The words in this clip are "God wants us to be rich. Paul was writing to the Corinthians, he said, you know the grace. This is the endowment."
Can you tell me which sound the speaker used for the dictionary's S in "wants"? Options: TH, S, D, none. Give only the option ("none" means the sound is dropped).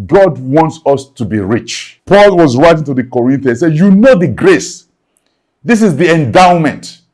S